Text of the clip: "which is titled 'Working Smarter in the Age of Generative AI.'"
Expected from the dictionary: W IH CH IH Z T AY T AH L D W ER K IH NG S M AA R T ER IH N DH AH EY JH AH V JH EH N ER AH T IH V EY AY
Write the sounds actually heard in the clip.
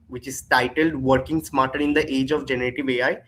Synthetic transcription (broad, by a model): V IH CH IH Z T AY T AH L D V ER K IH NG S M AA R T ER IH N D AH EY JH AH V JH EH N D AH T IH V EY AY